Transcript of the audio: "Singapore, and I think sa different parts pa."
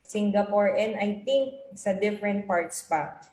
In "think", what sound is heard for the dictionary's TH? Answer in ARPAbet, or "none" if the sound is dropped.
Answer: T